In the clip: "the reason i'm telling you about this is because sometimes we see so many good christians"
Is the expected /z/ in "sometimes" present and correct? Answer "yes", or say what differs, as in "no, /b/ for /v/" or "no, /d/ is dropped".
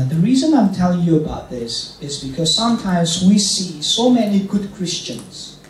yes